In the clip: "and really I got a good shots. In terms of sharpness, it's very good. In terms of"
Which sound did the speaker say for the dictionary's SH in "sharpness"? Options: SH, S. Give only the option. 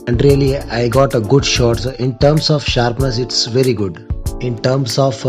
SH